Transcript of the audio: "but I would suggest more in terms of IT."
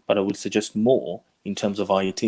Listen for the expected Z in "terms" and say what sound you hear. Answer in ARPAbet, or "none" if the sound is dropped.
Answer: Z